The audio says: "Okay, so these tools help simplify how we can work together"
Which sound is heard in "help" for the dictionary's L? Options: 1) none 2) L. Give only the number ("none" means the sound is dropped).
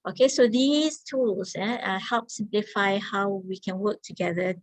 2